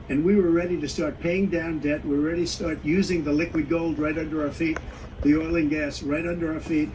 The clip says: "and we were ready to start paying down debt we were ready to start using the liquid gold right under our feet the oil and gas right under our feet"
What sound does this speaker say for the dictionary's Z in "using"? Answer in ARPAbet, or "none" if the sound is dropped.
Z